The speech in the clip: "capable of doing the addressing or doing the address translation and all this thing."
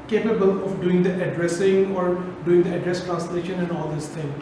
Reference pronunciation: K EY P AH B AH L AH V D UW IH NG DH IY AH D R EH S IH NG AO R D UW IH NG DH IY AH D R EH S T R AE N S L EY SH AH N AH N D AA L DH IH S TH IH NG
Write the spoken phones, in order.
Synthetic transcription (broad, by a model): K EY P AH B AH L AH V D UW IH NG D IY AH D R EH S IH NG AO R D UW IH NG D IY AH D R EH S T R AE N S L EY SH AH N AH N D AA L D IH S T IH NG